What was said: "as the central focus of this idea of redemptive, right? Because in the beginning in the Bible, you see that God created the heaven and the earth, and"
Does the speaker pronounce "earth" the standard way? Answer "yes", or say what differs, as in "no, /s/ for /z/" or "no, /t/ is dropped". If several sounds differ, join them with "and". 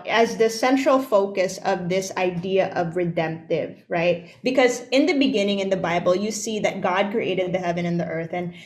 yes